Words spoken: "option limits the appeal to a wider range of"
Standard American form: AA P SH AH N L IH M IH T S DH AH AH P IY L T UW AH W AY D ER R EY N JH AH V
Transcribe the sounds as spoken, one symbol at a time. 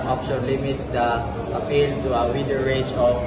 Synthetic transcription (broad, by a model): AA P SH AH N L IH M IH T S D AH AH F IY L T UW AH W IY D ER R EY JH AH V